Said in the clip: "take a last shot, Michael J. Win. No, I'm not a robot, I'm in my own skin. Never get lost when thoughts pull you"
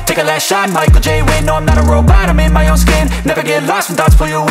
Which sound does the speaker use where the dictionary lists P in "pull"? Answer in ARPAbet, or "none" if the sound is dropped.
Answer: F